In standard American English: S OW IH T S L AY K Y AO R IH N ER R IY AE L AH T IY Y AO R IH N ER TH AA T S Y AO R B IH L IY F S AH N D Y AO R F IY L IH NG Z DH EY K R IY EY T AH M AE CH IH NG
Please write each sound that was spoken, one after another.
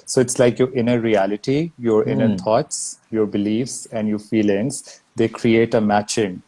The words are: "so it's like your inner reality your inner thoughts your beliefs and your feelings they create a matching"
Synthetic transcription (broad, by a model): S OW IH T S L AY K Y AO R IH N ER R IY AE L AH T IY Y AO R IH N ER T AA T S Y AO R B IH L IY F S AH N D Y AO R F IY L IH NG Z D EY K R IY EY T AH M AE CH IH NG